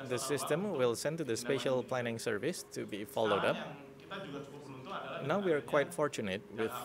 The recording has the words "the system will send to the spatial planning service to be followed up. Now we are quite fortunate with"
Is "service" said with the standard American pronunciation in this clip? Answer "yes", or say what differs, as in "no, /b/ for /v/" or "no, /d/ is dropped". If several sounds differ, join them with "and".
yes